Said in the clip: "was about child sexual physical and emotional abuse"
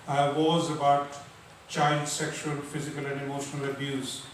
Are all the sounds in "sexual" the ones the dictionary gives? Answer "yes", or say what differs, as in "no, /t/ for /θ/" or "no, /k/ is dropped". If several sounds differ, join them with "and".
yes